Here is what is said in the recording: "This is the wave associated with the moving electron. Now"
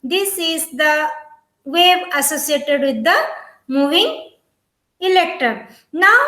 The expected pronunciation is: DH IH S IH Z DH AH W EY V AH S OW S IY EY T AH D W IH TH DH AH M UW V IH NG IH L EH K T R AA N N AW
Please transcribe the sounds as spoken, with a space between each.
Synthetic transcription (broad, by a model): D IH S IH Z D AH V EY B AH S OW S IY EY T AH D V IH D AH M UW V IH NG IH L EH K T AA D N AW